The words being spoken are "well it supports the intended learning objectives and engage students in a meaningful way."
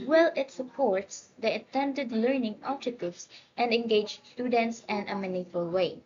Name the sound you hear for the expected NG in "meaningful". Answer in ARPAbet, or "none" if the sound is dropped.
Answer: none